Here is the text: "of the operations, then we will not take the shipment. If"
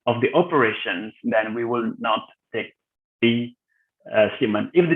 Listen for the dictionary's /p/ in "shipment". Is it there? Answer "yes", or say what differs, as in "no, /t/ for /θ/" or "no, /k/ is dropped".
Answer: no, /p/ is dropped